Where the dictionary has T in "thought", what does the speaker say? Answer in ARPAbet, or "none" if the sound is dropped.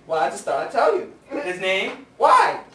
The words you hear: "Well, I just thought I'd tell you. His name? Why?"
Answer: none